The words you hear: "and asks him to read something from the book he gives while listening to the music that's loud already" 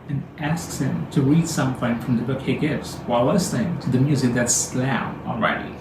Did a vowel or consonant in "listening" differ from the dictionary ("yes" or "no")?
yes